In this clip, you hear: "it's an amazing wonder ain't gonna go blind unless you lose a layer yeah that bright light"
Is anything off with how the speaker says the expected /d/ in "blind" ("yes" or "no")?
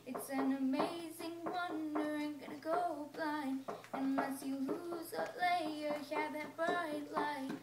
yes